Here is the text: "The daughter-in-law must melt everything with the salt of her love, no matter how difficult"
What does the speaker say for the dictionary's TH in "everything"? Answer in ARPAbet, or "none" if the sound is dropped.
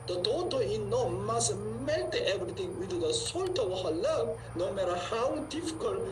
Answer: T